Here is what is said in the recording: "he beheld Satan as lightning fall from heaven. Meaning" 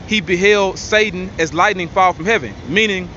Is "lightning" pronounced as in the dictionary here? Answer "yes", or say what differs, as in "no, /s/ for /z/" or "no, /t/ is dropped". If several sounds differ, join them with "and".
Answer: yes